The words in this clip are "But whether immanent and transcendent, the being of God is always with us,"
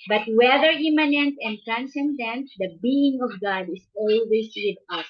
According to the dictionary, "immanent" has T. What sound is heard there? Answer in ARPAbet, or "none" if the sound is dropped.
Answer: T